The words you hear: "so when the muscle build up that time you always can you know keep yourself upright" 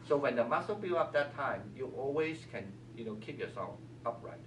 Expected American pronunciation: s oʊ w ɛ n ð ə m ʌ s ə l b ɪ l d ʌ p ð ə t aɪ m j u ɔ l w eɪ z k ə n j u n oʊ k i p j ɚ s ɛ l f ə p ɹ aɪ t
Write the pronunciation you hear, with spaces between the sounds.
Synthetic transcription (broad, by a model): s oʊ w ɛ n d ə m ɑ s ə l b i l ʌ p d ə t aɪ m j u ɔ l w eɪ s k ə n j u n oʊ k i p j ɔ s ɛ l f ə p ɹ aɪ t